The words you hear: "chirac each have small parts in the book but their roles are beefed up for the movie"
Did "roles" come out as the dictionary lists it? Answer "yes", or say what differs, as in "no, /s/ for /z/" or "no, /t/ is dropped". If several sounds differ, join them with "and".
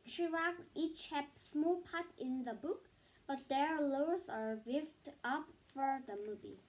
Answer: no, /l/ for /ɹ/